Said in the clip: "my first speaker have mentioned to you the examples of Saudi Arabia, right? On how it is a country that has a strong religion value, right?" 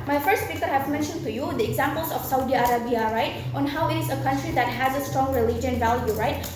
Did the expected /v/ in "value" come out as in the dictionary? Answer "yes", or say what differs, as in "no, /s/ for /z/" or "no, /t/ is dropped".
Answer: yes